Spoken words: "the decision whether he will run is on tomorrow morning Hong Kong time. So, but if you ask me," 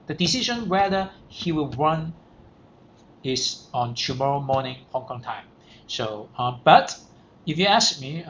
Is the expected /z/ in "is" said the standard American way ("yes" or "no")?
no